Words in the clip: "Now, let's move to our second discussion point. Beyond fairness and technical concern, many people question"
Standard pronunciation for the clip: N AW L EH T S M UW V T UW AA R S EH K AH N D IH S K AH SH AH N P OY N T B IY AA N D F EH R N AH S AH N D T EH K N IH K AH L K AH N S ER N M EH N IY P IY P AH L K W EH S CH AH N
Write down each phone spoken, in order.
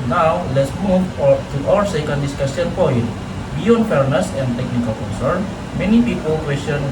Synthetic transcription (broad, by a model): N AW L EH T S M UW V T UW AA R S EH K AH N D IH S K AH S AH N P OY N T B IY AA N D F EH R N AH S AH N D T EH K N IH K AH L K AH N S ER N M EH N IY P IY P AH L K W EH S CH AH N